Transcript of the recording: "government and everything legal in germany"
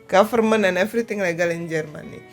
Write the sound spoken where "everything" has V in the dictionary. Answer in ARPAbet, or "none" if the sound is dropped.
F